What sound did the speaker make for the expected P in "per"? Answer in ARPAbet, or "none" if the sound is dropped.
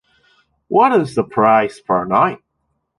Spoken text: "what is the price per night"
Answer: F